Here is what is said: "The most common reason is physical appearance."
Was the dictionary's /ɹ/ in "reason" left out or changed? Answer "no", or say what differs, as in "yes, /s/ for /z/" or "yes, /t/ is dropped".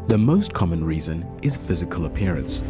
no